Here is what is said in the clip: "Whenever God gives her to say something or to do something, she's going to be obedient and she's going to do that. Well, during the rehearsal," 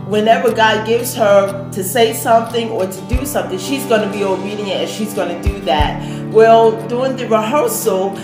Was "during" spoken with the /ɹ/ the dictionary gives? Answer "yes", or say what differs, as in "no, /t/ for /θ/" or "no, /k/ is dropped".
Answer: no, /ɹ/ is dropped